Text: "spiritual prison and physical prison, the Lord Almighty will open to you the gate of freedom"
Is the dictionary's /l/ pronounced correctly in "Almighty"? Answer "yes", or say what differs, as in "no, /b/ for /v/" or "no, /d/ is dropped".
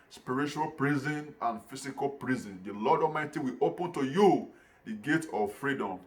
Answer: no, /l/ is dropped